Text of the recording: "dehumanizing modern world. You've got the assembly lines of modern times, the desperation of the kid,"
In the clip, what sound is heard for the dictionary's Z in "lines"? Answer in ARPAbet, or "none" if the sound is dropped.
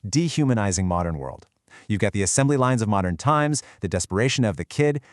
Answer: Z